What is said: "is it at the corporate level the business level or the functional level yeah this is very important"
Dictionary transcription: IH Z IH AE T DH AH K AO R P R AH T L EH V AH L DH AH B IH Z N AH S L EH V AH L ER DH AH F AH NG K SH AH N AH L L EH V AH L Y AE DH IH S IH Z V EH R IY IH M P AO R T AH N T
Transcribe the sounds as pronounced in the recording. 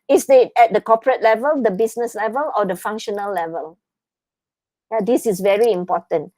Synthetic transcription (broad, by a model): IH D IH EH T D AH K AO P R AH T L EH V AH L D AH B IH S N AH S L EH V AH L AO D AH F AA NG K SH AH N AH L L EH V AH L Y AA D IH S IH S V EH R IY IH M P AO T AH N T